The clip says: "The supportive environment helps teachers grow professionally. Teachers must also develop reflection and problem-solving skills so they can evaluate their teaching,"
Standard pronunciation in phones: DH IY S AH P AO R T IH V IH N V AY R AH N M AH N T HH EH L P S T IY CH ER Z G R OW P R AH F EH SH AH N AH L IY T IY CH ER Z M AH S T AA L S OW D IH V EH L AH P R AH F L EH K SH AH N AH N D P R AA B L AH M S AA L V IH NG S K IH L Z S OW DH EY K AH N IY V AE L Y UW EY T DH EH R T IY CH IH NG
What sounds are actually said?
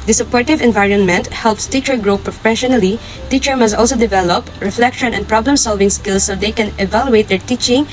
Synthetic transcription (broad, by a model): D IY S AH P AO R T IH V IH N V AY R AH N M AH N T HH EH L P S T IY CH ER G R OW P R AH F EH SH AH N AH L IY T IY CH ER M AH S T AA L S OW D IH V EH L AH P R AH F L EH K SH AH N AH N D P R AA B L AH M S AA L V IH NG S K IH L S OW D EY K AH N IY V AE L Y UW EY T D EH R T IY CH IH NG